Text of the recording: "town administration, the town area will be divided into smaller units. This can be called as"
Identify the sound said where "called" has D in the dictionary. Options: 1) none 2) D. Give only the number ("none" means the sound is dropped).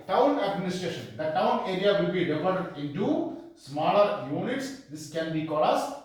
1